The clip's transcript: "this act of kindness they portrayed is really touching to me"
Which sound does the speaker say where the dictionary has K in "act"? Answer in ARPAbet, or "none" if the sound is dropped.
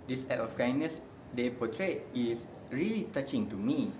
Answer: none